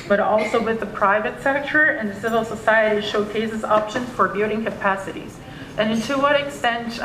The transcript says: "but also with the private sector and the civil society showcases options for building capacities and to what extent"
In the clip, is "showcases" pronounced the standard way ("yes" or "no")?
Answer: yes